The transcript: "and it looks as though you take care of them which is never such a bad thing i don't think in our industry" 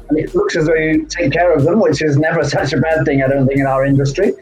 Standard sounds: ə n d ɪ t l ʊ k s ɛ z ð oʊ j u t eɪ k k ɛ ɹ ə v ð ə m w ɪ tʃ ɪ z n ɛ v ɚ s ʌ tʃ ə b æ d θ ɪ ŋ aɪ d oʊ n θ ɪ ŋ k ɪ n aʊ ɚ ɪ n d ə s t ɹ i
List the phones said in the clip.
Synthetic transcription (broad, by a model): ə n ɪ t l ʊ k s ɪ z ð oʊ j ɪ t eɪ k k ɛ ɹ ə v ð ə m w ɪ tʃ ɪ z n ɛ v ɚ s ʌ tʃ ə b æ d θ ɪ ŋ aɪ d oʊ n θ ɪ ŋ k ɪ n aʊ ɚ ɪ n d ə s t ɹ i